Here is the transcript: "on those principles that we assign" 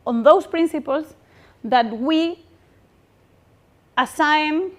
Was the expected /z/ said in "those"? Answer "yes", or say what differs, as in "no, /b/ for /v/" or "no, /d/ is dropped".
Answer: no, /s/ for /z/